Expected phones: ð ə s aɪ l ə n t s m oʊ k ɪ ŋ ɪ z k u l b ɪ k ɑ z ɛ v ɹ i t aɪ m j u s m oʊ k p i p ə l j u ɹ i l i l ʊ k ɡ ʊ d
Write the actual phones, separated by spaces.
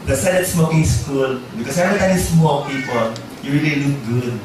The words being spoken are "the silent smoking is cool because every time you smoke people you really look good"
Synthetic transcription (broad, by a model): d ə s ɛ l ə t s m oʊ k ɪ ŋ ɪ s k u l b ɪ k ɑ s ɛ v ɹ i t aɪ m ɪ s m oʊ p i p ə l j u ɹ i l i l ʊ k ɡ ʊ d